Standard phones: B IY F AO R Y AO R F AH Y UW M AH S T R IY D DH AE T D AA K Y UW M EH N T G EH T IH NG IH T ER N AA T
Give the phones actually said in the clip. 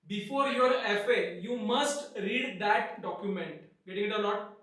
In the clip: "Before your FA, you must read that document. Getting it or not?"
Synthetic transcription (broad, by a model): B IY F AO R Y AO R F AH Y UW M AH S T R IY D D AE T D AA K Y UW M EH N T G EH T IH NG IH T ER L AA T